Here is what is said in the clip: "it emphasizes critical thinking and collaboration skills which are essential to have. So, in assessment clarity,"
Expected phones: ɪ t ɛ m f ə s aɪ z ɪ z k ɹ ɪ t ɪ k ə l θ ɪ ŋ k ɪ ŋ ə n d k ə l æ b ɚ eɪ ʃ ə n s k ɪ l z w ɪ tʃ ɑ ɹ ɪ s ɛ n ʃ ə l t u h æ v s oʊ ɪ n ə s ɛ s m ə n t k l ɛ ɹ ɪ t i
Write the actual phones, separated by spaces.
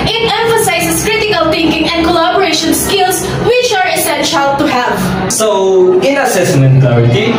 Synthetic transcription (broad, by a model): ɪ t ɛ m f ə s aɪ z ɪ s k ɹ ɪ t ɪ k ə l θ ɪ ŋ k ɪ ŋ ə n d k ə l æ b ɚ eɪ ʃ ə n s k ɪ l s w ɪ tʃ ɑ ɹ ɪ s ɛ n ʃ ə l t u h æ v s oʊ ɪ n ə s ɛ s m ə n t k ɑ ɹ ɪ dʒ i